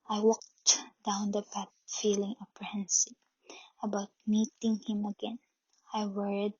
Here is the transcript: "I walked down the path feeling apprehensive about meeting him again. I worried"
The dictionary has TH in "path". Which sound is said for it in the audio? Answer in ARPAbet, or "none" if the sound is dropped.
T